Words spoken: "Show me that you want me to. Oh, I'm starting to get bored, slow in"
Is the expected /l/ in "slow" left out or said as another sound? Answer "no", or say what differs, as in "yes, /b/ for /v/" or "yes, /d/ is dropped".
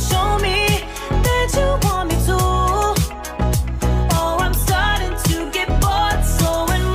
yes, /l/ is dropped